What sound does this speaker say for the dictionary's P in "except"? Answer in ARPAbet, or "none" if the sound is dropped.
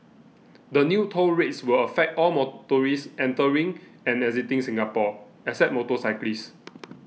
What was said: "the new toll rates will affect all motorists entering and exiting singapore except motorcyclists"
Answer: none